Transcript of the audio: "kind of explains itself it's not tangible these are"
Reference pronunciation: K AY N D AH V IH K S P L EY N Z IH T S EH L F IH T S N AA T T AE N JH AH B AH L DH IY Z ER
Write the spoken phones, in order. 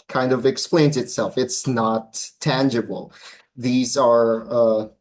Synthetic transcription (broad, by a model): K AY N D AH V IH K S P L EY N Z IH T S EH L F IH T S N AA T T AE N JH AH B L DH IY Z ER